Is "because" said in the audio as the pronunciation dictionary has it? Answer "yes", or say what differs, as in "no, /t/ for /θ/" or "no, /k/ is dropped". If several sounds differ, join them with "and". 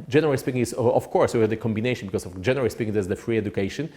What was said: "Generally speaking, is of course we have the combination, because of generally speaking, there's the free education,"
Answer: no, /s/ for /z/